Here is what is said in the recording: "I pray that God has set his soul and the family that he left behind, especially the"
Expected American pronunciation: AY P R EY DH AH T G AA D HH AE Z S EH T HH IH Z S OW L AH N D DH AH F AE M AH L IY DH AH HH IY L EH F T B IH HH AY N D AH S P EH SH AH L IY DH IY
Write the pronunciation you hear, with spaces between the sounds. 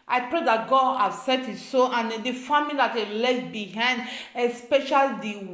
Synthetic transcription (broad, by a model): AY P R EY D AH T G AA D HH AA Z S EH T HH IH S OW AH N D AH F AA M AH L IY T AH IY L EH T B IH HH AY N D AH S P EH SH AH L IY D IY